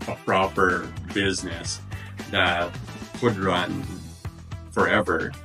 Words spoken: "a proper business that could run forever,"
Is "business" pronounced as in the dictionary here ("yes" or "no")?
yes